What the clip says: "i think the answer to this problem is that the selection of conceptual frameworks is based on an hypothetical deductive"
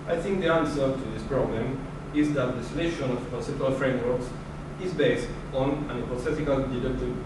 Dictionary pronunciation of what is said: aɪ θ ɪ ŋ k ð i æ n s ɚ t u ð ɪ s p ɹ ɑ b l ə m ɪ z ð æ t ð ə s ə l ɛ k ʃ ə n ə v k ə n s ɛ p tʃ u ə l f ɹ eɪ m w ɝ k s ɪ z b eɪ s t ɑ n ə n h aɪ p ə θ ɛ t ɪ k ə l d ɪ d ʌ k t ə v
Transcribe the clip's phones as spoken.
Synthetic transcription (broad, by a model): aɪ θ ɪ ŋ k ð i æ n s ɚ t u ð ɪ s p ɹ ɑ b l ə m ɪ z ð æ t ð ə s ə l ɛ ʃ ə n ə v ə s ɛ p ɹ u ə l f ɹ eɪ m w ɝ k s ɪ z b eɪ s t ɑ n ə n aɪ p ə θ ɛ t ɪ k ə l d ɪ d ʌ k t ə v